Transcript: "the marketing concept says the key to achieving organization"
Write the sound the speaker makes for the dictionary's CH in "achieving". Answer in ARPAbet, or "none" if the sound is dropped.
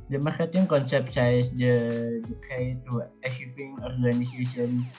SH